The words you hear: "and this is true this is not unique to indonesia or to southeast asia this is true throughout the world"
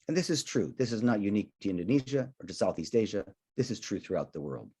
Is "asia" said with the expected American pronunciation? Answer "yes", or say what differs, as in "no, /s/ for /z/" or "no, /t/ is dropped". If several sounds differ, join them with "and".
yes